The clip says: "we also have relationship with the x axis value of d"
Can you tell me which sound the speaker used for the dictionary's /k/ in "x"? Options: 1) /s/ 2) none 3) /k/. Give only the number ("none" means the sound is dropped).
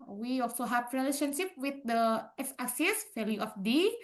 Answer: 2